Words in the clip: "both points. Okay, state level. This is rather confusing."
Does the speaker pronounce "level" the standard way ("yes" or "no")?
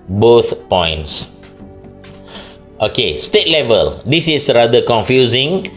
yes